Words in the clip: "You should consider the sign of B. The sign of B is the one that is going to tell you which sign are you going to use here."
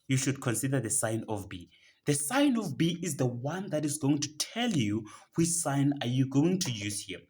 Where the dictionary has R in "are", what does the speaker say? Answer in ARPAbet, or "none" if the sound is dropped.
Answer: R